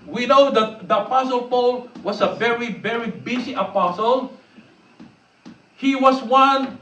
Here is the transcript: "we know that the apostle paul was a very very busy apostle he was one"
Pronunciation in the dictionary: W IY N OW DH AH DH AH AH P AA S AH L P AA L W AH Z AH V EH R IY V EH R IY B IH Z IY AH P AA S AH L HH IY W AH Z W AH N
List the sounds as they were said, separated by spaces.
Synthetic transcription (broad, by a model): W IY N OW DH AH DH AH AH P AA S AH L P AA L W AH S AH V EH R IY V EH R IY B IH S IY AH P AA S AH L HH IY W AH S W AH N